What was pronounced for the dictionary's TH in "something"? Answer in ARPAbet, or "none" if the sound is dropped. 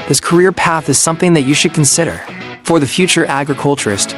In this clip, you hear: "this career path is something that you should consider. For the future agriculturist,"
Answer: TH